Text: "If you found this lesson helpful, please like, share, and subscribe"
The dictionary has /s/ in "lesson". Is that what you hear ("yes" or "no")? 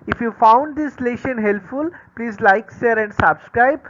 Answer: no